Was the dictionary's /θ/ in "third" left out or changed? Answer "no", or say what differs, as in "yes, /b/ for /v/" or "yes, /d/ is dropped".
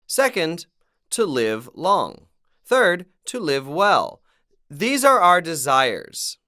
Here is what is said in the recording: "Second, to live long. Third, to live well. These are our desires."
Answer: no